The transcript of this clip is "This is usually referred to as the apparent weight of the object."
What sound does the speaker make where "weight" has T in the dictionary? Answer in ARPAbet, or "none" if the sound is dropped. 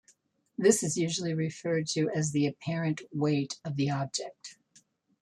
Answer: T